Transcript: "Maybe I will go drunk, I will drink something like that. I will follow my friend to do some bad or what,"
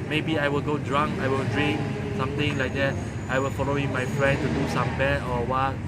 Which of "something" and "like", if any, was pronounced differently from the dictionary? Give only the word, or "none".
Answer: something